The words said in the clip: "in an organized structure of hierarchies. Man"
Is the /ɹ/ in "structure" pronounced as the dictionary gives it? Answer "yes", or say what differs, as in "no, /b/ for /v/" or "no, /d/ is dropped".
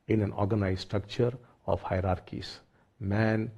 yes